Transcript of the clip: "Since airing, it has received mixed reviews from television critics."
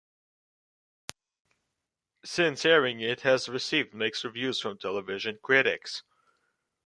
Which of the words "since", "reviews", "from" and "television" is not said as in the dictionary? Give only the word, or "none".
none